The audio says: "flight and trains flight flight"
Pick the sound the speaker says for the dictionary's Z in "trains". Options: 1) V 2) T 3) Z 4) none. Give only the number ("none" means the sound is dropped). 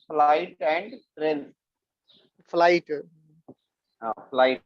4